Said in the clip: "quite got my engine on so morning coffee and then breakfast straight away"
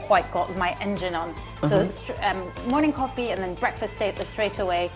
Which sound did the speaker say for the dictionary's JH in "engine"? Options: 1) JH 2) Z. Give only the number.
1